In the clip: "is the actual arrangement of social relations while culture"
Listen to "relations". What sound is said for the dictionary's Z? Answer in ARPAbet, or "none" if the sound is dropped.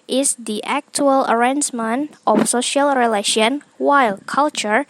none